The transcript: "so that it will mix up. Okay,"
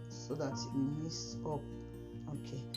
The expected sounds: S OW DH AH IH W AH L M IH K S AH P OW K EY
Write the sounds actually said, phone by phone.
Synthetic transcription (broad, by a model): S OW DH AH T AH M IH S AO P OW K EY